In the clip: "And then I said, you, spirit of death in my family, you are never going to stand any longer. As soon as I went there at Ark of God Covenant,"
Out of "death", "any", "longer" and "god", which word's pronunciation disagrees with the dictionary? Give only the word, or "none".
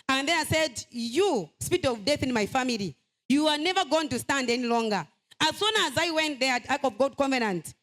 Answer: none